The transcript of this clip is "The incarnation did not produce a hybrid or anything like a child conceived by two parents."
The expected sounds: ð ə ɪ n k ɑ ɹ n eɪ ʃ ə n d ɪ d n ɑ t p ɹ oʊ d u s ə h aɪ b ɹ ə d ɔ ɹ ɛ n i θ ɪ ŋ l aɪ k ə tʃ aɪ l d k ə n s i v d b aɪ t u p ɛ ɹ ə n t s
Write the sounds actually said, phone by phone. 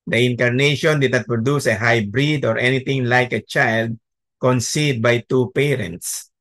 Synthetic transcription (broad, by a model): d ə ɪ n k ɑ ɹ n eɪ ʃ ə n d ɪ d n ɑ t p ɹ oʊ d u s ə h aɪ b ɹ ə d ɔ ɹ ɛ n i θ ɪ ŋ l aɪ k ə tʃ aɪ l d k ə n s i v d b aɪ t u p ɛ ɹ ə n t s